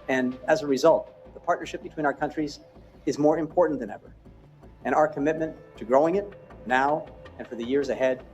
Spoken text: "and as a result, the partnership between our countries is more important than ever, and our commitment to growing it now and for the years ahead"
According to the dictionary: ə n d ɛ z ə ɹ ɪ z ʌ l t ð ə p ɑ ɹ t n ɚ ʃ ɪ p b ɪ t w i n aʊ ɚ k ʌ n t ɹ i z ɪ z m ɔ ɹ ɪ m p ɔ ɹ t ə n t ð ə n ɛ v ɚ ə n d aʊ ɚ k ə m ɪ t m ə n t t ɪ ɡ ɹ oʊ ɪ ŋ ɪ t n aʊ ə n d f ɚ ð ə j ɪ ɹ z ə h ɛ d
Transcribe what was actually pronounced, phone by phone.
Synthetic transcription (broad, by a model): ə n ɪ z ə ɹ ɪ z ʌ l t ð ə p ɑ ɹ t n ɚ ʃ ɪ p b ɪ t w i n aʊ ɚ k ʌ n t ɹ i z ɪ z m ɔ ɹ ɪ m p ɔ ɹ t n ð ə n ɛ v ɚ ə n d aʊ ɚ k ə m ɪ t m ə n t t ɪ ɡ ɹ oʊ ɪ ŋ ɪ t n aʊ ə n f ɚ ð ə j ɪ ɹ z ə h ɛ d